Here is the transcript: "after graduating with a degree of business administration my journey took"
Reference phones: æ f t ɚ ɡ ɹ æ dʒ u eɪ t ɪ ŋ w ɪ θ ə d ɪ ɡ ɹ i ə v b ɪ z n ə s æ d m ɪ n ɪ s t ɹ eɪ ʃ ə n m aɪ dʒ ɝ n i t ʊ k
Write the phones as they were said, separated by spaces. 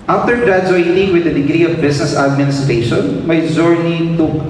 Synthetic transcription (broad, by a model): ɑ f t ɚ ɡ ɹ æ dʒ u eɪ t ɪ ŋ w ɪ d ə d ɪ ɡ ɹ i ə v b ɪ s n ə s æ d m ɪ n ɪ s t ɹ eɪ ʃ ə n m aɪ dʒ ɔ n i t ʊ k